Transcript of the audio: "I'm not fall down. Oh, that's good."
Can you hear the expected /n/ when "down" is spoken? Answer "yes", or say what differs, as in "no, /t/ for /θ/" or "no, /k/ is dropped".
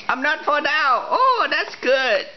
no, /n/ is dropped